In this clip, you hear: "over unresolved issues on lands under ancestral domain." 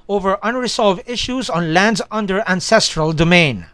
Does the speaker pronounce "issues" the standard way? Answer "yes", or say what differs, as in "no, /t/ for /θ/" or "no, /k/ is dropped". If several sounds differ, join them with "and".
yes